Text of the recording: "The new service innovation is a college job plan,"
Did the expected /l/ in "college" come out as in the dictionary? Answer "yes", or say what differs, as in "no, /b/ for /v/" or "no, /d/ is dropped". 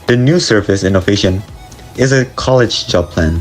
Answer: yes